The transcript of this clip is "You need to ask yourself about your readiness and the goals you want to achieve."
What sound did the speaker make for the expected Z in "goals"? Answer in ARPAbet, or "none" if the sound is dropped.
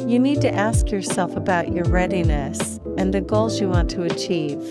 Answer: Z